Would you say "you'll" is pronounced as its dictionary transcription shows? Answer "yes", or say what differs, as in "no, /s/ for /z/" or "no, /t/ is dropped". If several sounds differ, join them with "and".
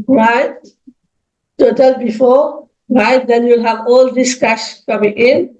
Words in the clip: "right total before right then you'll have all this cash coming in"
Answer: yes